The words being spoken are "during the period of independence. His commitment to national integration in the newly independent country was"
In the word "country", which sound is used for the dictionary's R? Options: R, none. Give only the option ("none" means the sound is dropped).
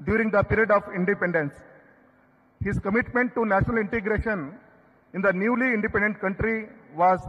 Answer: R